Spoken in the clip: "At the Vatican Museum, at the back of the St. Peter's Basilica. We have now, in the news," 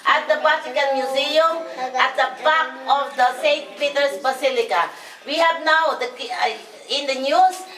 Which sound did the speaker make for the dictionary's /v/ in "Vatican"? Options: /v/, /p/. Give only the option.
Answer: /p/